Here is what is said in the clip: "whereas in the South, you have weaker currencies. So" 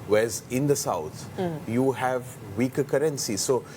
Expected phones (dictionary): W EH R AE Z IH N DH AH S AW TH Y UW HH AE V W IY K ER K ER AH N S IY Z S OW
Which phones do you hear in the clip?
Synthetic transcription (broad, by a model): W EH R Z IH N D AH S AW T Y UW HH AE V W IY K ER K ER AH N S IY S OW